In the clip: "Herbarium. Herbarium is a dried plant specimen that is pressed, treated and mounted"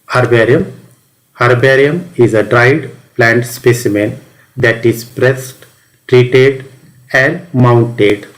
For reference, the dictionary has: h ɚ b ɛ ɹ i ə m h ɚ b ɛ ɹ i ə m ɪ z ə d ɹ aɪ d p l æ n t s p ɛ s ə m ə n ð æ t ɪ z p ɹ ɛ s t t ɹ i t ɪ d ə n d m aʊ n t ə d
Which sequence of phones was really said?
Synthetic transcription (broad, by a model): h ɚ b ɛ ɹ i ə m h ɚ b ɛ ɹ i ə m ɪ z ə d ɹ aɪ d p l æ n t s p ɛ s ə m ə n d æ t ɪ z p ɹ ɛ s t t ɹ i t ɪ d ə n d m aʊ n t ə d